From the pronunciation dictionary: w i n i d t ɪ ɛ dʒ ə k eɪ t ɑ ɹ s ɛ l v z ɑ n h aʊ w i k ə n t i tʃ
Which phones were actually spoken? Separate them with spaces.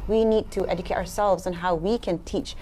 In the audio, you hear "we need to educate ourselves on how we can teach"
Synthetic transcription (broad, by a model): w i n i d t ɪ ɛ dʒ ə k eɪ t ɑ ɹ s ɛ l v z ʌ n h aʊ w i k ə n t i tʃ